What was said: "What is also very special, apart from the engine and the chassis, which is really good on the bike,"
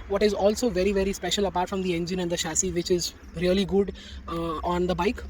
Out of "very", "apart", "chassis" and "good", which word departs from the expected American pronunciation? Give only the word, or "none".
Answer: chassis